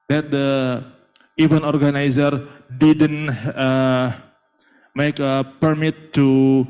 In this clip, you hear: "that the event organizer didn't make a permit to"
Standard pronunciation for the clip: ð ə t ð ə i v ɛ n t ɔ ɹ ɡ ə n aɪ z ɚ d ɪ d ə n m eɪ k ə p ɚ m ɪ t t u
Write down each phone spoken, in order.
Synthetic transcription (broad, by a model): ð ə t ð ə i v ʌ n ɔ ɹ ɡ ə n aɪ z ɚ d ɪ d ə n m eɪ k ə p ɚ m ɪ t t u